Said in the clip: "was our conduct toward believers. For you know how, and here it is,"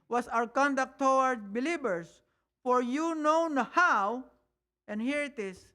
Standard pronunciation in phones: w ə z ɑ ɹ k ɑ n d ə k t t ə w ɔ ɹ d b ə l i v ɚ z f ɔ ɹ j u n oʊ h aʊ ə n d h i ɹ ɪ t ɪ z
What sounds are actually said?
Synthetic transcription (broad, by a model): w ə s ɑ w k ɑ n d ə k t t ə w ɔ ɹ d b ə l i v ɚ s f ɔ ɹ j u n oʊ h aʊ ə n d h i ɹ ɪ t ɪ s